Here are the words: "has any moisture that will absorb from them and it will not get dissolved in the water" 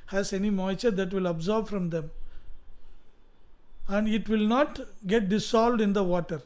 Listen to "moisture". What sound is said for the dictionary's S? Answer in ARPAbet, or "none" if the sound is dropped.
none